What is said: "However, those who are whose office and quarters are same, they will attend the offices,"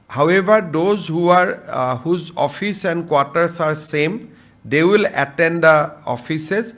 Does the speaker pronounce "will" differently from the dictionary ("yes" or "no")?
no